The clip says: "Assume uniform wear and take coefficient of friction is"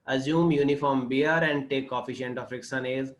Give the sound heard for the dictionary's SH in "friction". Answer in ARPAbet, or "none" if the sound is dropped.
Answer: S